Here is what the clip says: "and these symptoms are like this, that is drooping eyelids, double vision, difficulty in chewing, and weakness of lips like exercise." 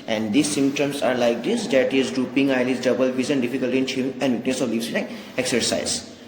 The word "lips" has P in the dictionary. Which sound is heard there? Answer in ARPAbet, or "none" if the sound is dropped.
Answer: none